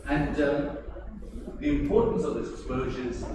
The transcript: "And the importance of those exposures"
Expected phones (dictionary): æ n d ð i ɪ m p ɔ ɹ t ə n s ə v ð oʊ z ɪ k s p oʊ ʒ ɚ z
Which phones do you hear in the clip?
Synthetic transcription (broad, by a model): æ n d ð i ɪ m p ɔ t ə n s ə v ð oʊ ɪ k s p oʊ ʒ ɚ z